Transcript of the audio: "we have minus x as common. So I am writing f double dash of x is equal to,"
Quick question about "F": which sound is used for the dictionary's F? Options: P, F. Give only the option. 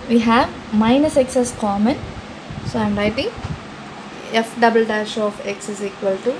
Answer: F